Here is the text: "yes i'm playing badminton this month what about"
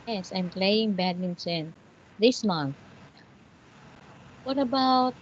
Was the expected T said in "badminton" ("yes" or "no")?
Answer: no